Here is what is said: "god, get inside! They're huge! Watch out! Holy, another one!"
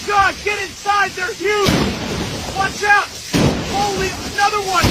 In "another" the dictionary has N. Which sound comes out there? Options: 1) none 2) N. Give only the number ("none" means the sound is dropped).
2